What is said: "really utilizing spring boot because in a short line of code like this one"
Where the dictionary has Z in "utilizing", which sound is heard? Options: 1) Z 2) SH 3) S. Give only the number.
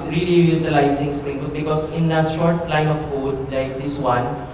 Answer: 3